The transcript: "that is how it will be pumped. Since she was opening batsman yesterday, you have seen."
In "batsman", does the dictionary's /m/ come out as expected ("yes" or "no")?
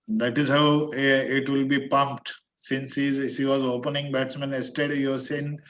yes